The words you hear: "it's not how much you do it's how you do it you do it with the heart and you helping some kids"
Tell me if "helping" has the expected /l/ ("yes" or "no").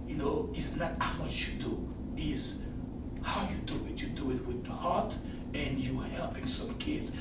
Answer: yes